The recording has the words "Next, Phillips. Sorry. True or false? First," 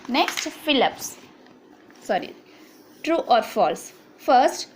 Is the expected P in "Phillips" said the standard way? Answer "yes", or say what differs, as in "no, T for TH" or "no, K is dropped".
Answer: yes